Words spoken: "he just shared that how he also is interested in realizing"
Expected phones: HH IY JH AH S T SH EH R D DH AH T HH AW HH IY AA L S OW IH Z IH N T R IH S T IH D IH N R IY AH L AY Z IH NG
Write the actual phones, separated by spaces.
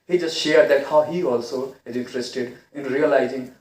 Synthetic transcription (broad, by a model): HH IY JH AH S T SH EH R D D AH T HH AW HH IY AA L S OW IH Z IH N T R IH S T IH D IH N R IY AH L AY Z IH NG